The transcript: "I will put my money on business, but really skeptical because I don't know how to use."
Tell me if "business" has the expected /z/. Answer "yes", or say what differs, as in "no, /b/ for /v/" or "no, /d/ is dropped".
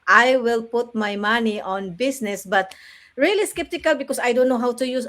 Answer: no, /s/ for /z/